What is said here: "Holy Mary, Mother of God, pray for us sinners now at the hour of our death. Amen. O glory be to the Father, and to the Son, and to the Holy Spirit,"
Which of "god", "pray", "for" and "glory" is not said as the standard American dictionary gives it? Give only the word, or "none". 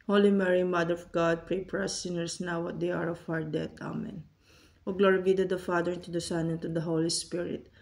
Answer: for